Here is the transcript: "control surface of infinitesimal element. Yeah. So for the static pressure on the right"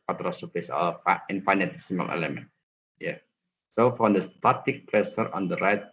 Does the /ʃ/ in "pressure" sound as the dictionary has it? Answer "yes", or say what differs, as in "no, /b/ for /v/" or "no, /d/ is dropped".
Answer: no, /s/ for /ʃ/